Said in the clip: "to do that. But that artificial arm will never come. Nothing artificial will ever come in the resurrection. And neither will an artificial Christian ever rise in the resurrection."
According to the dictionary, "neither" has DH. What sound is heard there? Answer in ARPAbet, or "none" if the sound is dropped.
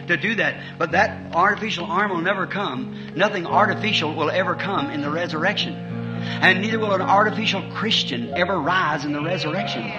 DH